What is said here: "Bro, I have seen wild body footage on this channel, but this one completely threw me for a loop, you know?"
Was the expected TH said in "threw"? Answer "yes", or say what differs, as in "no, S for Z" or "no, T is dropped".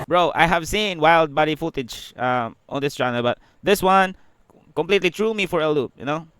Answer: no, T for TH